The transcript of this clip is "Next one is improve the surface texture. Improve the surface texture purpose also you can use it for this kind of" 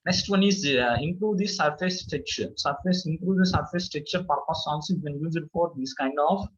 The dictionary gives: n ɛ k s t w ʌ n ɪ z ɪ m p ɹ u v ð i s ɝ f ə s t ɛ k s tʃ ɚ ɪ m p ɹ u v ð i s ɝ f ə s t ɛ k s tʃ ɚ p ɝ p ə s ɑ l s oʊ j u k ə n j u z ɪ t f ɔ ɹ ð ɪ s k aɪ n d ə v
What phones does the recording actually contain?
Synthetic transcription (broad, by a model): n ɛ k s t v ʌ n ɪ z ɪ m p ɹ u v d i s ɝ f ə s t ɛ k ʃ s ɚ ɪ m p ɹ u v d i s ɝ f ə s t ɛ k tʃ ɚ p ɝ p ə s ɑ n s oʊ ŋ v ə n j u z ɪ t f ɔ ɹ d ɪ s k aɪ n d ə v